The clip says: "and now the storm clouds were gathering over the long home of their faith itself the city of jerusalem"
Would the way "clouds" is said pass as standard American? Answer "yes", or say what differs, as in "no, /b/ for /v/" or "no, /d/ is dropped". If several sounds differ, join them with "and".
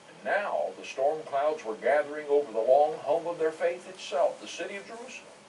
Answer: yes